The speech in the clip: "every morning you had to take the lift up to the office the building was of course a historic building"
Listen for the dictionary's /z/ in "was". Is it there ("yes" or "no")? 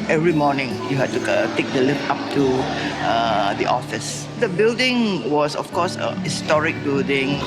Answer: no